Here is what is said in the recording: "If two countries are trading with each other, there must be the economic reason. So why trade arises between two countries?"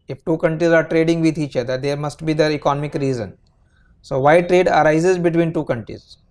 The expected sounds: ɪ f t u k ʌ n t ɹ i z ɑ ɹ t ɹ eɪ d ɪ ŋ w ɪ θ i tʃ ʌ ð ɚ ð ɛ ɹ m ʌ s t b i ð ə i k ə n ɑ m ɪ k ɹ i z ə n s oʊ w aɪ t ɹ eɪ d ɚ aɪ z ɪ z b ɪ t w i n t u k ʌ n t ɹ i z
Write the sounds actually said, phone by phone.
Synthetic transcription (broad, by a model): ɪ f t u k ʌ n t ɹ i z ɑ ɹ t ɹ eɪ d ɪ ŋ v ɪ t i tʃ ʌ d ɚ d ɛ ɹ m ʌ s t b i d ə i k ə n ɑ m ɪ k ɹ i z ə n s oʊ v aɪ t ɹ eɪ d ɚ aɪ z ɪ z b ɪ t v i n t u k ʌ n t ɹ i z